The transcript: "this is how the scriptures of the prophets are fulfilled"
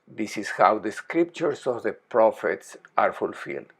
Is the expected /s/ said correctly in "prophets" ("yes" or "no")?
yes